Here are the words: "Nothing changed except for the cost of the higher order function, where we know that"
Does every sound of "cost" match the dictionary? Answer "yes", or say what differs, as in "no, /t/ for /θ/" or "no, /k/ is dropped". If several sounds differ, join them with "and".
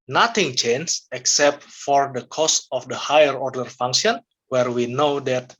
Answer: yes